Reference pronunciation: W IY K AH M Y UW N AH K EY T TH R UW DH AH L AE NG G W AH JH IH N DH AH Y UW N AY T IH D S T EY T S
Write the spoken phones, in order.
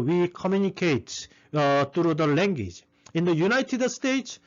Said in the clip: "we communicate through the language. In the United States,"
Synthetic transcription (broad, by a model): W IY K AH M Y UW N AH K EY T T R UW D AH L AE NG G W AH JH IH N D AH Y UW N AY T IH D S T EY T S